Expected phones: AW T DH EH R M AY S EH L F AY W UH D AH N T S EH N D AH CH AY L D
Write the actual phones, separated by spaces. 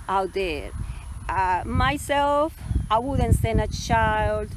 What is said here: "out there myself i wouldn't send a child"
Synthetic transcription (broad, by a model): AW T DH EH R M AY S EH L F AY W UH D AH N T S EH N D AH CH AY L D